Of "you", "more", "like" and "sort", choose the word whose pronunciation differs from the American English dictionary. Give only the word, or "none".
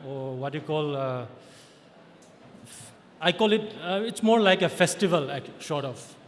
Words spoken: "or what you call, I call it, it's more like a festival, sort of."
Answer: sort